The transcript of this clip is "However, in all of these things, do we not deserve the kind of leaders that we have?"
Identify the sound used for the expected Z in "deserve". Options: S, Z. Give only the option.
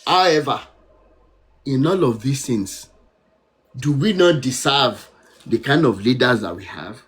S